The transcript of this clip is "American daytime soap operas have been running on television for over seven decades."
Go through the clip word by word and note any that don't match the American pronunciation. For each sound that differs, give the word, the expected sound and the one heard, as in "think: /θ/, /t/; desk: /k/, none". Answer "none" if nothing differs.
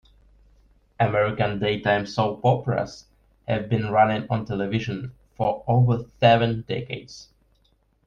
operas: /ɹ/, /l/